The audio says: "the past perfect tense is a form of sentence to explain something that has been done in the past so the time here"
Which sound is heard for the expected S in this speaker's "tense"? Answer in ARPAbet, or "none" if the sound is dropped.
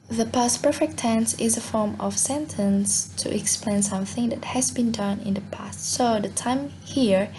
S